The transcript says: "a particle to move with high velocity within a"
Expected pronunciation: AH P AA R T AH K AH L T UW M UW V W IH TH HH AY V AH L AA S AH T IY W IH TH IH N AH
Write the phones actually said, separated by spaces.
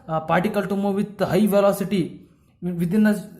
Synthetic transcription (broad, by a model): P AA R T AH K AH L T UW M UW V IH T HH AY V AH L AA S AH T IY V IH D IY N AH